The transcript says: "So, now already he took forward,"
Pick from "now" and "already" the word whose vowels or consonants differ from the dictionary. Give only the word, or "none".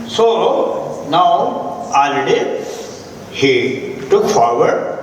already